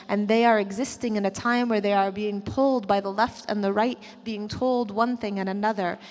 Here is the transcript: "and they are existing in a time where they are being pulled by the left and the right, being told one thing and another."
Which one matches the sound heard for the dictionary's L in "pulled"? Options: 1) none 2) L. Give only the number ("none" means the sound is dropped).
2